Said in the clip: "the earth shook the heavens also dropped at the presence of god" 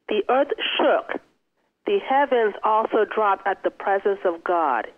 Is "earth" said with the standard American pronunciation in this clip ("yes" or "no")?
yes